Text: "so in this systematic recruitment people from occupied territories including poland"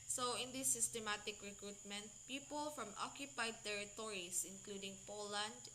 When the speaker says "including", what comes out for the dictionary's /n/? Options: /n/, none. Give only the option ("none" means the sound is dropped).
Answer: /n/